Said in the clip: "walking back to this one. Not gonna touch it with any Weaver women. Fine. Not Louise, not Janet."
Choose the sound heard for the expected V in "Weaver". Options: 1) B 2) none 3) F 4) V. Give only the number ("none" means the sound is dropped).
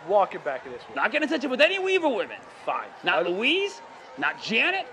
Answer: 4